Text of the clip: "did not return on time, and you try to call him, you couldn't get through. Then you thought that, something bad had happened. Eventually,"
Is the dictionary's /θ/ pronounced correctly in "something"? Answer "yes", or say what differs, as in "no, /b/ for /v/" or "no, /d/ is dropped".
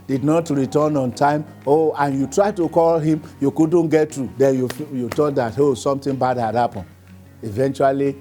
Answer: no, /t/ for /θ/